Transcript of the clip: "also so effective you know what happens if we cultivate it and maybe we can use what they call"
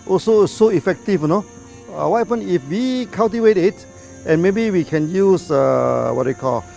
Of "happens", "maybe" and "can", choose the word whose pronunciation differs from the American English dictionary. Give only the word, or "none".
happens